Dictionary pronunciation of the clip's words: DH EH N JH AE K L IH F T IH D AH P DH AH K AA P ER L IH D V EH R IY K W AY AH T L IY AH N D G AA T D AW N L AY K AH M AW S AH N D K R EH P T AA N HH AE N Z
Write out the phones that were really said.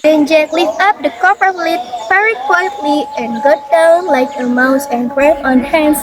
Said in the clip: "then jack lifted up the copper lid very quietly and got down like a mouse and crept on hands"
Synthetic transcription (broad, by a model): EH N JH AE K L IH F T AH P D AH K AA P ER L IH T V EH R IY K W AY AH T L IY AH N G AA T D AW N L AY K AH M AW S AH N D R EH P AA N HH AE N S